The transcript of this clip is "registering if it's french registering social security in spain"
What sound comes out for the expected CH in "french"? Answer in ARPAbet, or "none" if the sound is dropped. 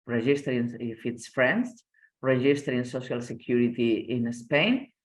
S